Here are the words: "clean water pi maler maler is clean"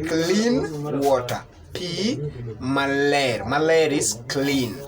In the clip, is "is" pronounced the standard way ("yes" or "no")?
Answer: no